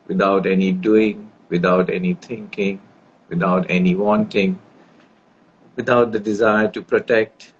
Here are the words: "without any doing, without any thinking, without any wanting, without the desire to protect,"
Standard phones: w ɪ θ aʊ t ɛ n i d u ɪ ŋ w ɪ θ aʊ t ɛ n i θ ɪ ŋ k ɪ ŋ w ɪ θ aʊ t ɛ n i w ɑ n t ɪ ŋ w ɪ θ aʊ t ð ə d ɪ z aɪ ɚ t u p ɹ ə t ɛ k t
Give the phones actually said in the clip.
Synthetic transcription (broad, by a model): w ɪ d aʊ t ɛ n i d u ɪ ŋ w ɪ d aʊ t ɛ n i t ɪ ŋ k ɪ ŋ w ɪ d aʊ t ɛ n i w ɑ n t ɪ ŋ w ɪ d aʊ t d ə d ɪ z aɪ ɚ t u p ɹ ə t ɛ k t